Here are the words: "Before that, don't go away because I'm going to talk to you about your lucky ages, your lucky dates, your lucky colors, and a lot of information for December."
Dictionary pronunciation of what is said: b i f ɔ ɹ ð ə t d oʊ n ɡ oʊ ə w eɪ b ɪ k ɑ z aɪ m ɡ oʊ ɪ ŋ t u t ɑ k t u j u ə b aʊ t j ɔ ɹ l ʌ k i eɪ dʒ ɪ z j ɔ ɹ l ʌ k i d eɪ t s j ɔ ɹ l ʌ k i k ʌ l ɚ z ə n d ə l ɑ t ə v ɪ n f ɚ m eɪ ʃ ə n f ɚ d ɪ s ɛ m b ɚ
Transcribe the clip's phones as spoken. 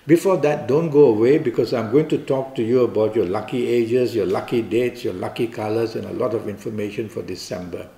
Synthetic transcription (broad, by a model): b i f ɔ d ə t d oʊ n ɡ oʊ ə w eɪ b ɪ k ɑ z aɪ m ɡ oʊ ɪ ŋ t u t ɑ k t u j u ə b aʊ t j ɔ l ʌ k i eɪ dʒ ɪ s j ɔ l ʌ k i d eɪ t s j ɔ l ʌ k i k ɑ l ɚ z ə n ə l ɑ t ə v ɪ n f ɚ m eɪ ʃ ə n f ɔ d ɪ s ɛ m b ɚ